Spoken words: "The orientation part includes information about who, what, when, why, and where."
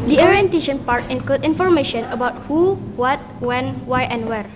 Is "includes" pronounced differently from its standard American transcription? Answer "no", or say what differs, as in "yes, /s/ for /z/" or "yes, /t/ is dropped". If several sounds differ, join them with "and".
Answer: yes, /l/ is dropped